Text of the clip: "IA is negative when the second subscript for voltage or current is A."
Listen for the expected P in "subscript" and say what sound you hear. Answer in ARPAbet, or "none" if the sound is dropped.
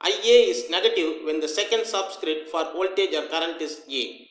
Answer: none